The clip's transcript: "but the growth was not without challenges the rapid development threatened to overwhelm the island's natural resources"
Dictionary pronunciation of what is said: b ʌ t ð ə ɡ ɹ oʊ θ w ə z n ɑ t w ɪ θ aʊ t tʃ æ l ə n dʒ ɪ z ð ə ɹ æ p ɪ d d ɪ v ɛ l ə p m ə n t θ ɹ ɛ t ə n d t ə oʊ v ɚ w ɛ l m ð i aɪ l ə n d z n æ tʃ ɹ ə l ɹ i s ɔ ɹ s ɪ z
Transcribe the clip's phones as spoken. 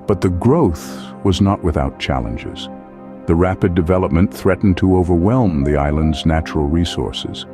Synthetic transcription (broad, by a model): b ʌ t ð ə ɡ ɹ oʊ θ w ə z n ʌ t w ɪ θ aʊ t tʃ æ l ə n dʒ ɪ z ð ə ɹ æ p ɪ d d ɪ v ɛ l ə p m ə n θ ɹ ɛ t n t ə oʊ v ɚ w ɛ l m ð i aɪ l ə n d z n æ tʃ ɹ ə l ɹ i s ɔ ɹ s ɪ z